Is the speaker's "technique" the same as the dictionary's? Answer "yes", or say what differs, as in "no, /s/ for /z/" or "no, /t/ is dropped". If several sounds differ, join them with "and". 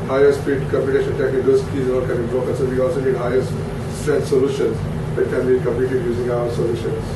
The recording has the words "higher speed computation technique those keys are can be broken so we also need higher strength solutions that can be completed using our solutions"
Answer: no, /n/ is dropped